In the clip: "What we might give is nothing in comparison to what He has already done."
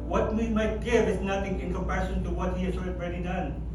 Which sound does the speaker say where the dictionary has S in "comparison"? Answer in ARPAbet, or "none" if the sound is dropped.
SH